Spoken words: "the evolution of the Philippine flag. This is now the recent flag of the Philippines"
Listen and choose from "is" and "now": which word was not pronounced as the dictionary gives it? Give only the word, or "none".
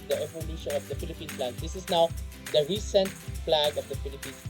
is